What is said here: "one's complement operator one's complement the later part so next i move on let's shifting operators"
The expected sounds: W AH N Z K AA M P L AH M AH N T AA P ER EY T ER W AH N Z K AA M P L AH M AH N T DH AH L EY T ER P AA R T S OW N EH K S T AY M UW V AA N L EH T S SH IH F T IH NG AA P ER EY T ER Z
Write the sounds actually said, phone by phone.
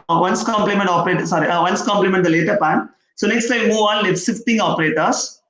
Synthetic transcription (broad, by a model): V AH N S K AA M P L AH M AH N T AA P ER EY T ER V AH N S K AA M P L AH M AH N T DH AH L EY T ER P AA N S OW N EH K S T AY M UW V AA N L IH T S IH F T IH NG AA P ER EY T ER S